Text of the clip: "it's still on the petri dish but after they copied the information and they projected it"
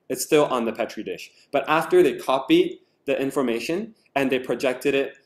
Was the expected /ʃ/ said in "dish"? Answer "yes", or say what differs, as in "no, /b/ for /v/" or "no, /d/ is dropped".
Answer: yes